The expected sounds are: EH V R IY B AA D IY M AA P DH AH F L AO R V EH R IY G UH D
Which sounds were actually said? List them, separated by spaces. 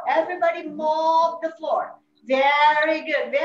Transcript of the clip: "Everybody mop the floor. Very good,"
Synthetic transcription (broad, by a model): EH V R IY B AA D IY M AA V DH AH F L AO R V EH R IY G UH D